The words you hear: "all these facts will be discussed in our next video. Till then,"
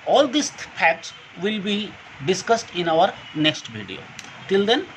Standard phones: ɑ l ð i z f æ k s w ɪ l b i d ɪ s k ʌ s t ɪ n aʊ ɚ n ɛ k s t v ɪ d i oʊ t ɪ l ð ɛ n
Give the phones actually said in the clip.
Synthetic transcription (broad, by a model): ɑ l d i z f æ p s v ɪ l b i d ɪ s k ʌ s t ɪ n aʊ ɚ n ɛ k s t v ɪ d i oʊ t ɪ l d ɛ n